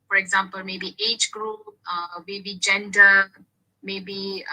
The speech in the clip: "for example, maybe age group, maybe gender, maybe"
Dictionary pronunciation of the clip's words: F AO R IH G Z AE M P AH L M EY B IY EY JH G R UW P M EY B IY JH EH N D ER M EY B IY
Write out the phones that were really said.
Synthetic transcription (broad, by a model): F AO R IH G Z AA M P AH L M EY B IY EY JH G R UW P M EY B IY JH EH N D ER M EY B IY